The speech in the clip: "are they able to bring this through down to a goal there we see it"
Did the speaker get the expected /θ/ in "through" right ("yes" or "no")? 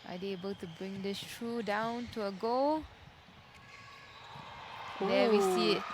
no